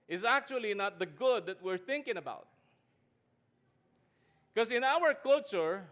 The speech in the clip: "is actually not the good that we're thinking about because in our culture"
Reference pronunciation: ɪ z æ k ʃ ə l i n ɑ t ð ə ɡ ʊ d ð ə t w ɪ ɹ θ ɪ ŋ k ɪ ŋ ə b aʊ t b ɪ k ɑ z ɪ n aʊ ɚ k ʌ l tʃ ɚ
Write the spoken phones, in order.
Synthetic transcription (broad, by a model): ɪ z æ k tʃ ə l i n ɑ t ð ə ɡ ʊ d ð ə t w ɪ ɹ θ ɪ ŋ k ɪ ŋ ə b aʊ t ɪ k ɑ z ɪ n aʊ ɚ k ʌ l tʃ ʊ